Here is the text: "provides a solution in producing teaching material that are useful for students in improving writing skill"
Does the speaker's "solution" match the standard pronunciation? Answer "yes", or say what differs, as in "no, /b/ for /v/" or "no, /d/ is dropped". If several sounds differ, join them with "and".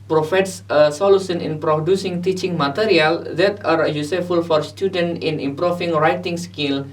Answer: no, /s/ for /ʃ/